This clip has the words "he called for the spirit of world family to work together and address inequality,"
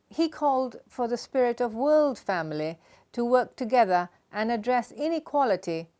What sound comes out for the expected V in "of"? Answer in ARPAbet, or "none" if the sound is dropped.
V